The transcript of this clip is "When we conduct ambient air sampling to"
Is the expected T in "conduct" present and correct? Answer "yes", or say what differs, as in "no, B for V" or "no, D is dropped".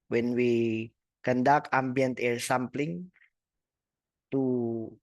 no, T is dropped